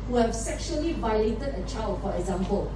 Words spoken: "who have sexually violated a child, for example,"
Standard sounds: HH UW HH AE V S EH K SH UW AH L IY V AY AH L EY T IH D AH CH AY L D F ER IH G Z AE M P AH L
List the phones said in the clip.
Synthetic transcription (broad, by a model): HH UW HH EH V S EH K SH UW AH L IY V AY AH L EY T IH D AH CH AY L D F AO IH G Z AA M P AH L